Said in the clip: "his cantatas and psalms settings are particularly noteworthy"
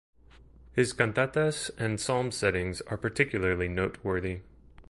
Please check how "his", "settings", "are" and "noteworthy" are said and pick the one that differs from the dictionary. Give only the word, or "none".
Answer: none